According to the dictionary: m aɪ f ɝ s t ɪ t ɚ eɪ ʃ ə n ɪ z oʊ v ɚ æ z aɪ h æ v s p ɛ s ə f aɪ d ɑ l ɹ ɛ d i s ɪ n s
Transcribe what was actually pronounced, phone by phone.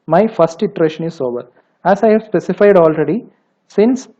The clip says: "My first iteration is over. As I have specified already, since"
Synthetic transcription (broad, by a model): m aɪ f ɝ s t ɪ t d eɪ ʃ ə n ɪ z oʊ v ɚ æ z aɪ h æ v s p ɛ s ə f aɪ d ɑ l ɹ ɛ d i s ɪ n s